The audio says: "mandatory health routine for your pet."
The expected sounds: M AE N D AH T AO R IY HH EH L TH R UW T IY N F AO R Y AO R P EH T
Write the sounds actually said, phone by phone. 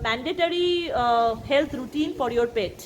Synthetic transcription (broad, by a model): M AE N D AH T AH R IY HH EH L T R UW T IY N F AO R Y AO R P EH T